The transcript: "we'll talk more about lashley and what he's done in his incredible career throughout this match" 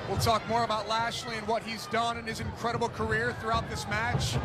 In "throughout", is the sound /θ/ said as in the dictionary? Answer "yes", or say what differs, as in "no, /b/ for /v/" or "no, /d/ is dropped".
yes